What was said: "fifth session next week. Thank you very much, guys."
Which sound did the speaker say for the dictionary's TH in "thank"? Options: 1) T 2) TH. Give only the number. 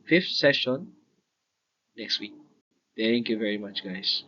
1